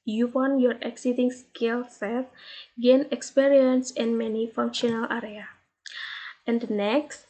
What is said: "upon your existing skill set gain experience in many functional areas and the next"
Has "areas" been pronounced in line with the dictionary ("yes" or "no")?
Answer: no